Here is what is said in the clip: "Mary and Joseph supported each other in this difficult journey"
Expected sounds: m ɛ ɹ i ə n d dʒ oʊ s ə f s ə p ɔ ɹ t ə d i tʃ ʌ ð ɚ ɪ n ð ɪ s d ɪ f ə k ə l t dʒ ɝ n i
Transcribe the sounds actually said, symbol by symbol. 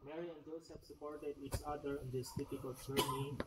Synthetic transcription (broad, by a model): m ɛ ɹ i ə n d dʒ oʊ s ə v s ə p ɔ ɹ t ə d i tʃ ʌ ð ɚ ɪ n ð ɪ s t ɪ p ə k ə l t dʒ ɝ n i